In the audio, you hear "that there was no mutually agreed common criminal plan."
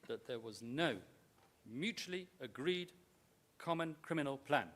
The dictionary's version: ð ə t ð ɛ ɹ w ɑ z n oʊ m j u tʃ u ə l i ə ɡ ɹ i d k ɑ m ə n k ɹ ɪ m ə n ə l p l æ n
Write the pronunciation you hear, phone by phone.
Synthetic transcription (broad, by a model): ð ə t ð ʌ ɹ w ɑ z n oʊ m j u tʃ u ə l i ə ɡ ɹ i d k ɑ m ə n k ɹ ɪ m ə n ə l p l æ n